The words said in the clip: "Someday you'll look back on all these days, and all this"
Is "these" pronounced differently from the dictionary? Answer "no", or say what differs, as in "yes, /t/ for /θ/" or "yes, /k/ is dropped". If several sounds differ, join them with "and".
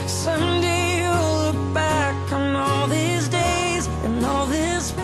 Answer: no